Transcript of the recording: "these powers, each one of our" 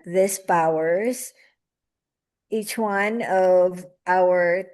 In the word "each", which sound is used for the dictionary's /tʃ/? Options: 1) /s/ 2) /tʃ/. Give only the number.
2